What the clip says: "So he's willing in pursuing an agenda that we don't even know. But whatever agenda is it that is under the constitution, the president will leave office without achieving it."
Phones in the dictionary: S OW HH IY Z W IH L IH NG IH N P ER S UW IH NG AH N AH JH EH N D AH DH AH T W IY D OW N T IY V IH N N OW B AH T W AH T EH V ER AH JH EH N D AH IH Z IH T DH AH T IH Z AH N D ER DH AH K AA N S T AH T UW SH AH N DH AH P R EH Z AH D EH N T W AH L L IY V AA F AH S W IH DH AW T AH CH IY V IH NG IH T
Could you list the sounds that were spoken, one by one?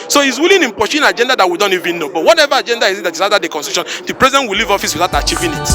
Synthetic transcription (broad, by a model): S OW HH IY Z W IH L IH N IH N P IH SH AH N AH JH EH N D AH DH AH T W IY D OW N T IY V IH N N OW B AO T W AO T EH V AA AH JH EH N D AH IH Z IH T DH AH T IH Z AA D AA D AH K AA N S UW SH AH N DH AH P R EH Z AH D EH N T W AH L L IY V AA F AH S W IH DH AW T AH CH IY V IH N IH T